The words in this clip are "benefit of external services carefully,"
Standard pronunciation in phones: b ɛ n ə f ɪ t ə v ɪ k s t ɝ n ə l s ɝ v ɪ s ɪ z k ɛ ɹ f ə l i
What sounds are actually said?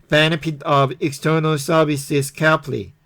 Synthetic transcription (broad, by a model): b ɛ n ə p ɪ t ə v ɪ k s t ɝ n ə l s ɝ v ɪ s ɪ s k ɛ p l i